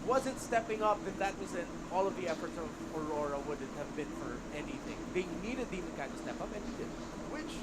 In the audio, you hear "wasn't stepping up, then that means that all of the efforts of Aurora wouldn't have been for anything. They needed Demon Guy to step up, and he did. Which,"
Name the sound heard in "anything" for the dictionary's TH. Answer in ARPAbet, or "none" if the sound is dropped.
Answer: TH